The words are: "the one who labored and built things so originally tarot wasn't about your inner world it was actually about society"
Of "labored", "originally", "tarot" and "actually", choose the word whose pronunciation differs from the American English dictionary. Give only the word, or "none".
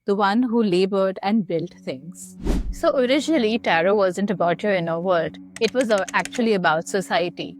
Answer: none